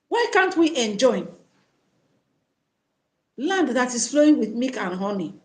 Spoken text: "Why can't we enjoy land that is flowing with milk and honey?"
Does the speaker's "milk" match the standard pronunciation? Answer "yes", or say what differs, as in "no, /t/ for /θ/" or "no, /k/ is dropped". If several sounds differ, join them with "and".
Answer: no, /l/ is dropped